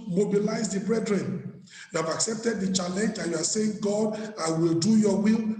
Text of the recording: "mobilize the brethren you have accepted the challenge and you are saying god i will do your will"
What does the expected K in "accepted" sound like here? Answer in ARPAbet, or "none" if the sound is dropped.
K